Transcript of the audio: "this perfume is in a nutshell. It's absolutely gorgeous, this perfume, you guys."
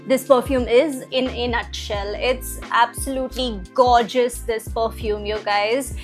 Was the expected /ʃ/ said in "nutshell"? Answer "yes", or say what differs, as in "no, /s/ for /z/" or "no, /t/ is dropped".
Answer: yes